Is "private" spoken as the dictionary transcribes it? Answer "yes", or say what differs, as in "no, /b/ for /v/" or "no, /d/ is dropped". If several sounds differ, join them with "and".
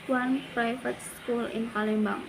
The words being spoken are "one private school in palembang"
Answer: no, /f/ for /v/